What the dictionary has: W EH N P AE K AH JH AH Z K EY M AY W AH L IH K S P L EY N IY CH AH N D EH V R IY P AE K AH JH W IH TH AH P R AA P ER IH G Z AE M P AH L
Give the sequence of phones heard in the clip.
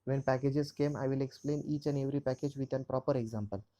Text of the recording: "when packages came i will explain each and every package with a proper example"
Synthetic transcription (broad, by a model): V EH N P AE K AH JH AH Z K EY M AY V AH L IH K S P L EY N IY CH AH N D EH V R IY P AE K AH JH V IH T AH P R AA P ER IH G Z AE M P AH L